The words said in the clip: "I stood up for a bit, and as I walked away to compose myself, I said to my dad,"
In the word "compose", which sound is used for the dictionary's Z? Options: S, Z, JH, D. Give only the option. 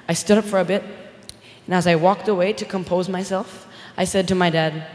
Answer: Z